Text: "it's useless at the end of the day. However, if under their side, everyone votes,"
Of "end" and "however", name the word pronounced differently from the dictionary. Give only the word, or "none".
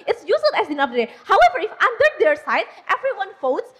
end